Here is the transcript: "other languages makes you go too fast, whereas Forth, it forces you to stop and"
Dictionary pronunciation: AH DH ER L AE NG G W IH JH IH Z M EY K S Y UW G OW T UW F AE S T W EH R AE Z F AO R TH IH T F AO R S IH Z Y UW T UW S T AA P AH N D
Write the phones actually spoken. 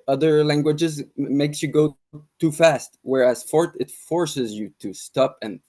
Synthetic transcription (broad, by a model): AH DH ER L AE NG G W IH JH IH Z M EY K S Y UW G OW T UW F AE S T W EH R AE Z F AO R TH IH T F AO R S IH Z Y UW T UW S T AA P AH N